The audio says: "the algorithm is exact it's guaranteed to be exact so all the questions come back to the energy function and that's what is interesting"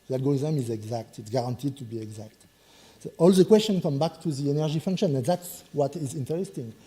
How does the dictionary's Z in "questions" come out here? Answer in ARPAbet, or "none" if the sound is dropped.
none